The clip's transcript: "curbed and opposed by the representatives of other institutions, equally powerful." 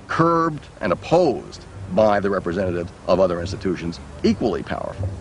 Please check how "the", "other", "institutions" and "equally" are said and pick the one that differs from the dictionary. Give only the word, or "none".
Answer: none